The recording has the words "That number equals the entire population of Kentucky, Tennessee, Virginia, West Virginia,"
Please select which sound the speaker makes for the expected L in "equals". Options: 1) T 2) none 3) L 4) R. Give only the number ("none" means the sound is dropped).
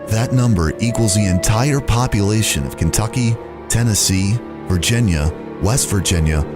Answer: 3